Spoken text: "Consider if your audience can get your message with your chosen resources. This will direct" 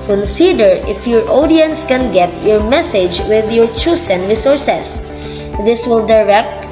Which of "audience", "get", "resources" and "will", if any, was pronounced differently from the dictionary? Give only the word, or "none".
resources